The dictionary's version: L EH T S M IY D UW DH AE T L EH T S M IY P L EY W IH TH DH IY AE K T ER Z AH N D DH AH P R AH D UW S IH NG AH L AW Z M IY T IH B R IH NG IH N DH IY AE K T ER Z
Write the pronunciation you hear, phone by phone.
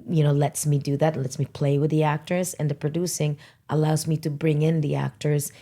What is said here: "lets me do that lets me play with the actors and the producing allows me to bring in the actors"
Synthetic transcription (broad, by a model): L EH T S M IY D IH DH AE T L EH T S M IY P L EY W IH DH IY AE K T ER Z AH N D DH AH P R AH D UW S IH NG AH L AW Z M IY T IH B R IH NG IH N DH IY AE K T ER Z